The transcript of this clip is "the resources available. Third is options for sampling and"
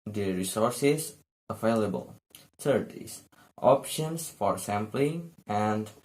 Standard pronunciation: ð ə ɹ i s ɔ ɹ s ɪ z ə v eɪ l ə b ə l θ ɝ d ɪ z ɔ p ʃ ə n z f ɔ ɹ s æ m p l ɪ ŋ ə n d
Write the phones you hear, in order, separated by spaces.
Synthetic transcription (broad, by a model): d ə ɹ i s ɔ ɹ s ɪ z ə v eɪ l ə b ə l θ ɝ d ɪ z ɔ p ʃ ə n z f ɔ ɹ s æ m p l ɪ ŋ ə n d